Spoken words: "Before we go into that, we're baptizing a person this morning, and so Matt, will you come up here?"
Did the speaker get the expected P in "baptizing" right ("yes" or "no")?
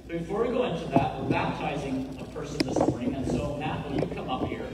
yes